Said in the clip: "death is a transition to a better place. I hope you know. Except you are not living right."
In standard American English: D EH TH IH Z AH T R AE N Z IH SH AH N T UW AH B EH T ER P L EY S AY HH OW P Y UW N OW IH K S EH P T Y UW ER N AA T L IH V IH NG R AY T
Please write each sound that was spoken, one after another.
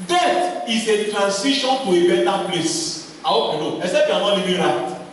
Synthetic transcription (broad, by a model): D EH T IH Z AH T R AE N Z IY SH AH N T UW AH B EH T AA P L EY S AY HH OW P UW N OW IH S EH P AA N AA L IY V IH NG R AY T